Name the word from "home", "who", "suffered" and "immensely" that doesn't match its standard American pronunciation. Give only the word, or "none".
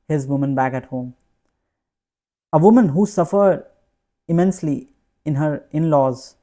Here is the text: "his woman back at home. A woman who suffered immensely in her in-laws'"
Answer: none